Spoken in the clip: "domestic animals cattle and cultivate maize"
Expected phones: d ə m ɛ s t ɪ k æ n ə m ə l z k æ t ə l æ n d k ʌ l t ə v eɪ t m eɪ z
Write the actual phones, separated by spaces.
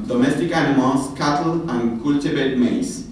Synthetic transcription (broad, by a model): d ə m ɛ s t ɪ k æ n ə m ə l s k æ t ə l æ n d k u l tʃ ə b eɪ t m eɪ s